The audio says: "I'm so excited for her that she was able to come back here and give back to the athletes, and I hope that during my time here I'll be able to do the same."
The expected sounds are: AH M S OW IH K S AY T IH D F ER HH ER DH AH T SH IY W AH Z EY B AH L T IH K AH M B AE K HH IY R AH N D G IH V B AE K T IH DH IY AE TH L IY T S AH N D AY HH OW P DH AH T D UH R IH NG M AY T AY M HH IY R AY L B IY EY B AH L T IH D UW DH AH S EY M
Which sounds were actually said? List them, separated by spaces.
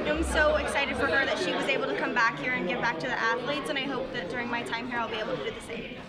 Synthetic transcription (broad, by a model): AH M S OW IH K S AY T IH D F ER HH ER DH AH T SH IY W AH Z EY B L T IH K AH M B AE K HH IY R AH N G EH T B AE K T IH DH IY AE TH L IY T S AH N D AY HH OW P DH AH T D UH R IH NG M AY T AY M HH IY R AY L B IY EY B L T IH D UW DH AH S EY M